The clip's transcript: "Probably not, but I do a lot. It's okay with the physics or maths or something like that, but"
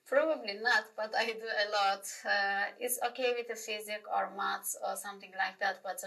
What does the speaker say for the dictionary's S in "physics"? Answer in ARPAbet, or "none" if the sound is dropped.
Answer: none